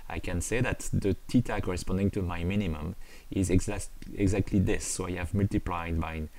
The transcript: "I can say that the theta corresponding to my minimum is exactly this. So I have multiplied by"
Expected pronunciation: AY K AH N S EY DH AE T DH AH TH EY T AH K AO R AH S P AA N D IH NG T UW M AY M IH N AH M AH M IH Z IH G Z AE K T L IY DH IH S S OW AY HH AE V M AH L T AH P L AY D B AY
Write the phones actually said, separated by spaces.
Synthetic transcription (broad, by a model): AY K AH N S EY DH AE T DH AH T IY T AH K AO R AH S P AA N D IH NG T UW M AY M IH N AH M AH M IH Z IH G Z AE K T L IY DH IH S S OW AY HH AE V M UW L T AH P L AY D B AY